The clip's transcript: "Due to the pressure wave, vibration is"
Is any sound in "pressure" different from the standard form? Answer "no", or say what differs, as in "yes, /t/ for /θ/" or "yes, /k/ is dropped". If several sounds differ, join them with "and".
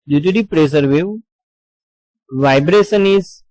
yes, /s/ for /ʃ/